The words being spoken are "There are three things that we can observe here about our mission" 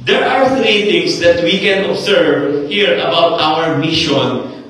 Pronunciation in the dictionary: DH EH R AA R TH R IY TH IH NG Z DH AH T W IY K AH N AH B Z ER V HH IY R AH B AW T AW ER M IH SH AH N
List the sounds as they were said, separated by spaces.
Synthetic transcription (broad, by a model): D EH R AA R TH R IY T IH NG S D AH T W IY K AH N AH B S ER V HH IY R AH B AW T AW ER M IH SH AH N